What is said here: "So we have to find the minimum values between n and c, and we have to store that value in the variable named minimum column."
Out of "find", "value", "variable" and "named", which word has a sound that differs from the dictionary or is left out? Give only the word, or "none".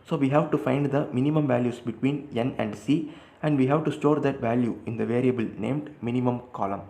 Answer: none